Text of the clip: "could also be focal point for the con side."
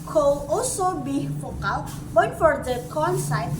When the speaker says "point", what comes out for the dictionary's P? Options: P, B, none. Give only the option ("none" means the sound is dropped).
B